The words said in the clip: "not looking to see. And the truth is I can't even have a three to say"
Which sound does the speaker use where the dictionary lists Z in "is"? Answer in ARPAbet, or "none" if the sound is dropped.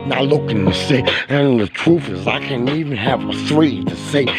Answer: Z